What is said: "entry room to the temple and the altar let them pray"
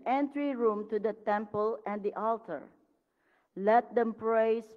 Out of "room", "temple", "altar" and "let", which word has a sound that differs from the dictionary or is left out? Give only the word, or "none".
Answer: none